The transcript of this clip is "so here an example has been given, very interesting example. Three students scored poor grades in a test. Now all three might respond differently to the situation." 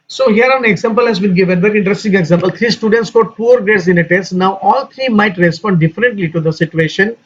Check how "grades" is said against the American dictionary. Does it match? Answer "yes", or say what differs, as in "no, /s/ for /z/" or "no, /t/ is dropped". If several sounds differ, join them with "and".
no, /ɹ/ is dropped